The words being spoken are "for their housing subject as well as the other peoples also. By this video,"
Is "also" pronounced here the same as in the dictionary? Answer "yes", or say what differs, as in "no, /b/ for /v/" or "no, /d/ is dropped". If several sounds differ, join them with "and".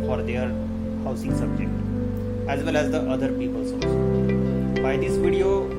no, /l/ is dropped